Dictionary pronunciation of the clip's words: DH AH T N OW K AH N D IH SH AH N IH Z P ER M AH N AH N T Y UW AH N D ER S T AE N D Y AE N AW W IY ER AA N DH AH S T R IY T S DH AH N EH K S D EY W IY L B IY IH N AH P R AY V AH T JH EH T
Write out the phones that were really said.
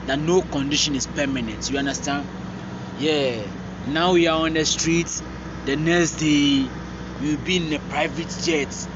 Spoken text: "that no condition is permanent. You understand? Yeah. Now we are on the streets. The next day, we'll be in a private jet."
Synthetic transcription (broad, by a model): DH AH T N OW K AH N D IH SH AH N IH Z P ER M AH N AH N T Y UW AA N D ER S T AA N D Y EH N AW W IY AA AA N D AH S T R IY T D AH N EH K S D EY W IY W B IY IH N AH P R AY V AH T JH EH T